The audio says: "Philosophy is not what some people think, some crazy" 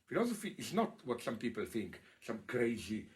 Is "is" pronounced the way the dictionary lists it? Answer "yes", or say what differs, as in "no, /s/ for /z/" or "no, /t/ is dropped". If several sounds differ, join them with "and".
no, /s/ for /z/